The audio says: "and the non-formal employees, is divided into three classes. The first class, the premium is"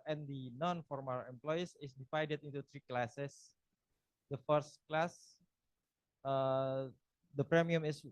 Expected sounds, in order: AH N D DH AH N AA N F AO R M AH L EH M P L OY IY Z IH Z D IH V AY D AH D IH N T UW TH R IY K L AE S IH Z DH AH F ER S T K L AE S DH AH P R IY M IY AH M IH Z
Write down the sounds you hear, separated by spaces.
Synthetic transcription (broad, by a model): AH N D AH N AA N F AO R M AH L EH M P L OY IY S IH S D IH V AY D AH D IH N T UW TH R IY K L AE S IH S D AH F ER S T K L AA S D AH P R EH M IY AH M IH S